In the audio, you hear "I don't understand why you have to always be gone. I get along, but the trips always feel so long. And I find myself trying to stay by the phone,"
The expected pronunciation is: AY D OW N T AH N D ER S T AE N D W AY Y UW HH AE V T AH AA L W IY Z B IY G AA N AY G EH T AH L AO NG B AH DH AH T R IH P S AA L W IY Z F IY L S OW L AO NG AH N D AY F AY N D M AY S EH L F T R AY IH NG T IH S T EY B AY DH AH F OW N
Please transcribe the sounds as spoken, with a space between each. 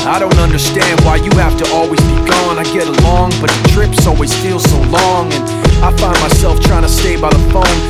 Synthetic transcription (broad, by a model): AY D OW N T AH N D ER S T AE N D W AY Y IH HH AE F T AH AA L W IY Z B IY G AA N AY G EH T AH L AO NG B AH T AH T R IH P S AA L W IY Z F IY L S OW L AO NG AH N AY F AY N M AY S EH L F T R AY IH NG T IH S T EY B AY DH AH F OW N